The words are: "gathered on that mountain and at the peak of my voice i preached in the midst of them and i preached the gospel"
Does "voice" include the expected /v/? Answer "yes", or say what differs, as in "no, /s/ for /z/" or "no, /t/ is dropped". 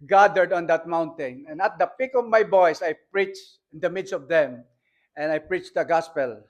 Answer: no, /b/ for /v/